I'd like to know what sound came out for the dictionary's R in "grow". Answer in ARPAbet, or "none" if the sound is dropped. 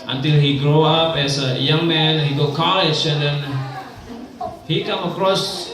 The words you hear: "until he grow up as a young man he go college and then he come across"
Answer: R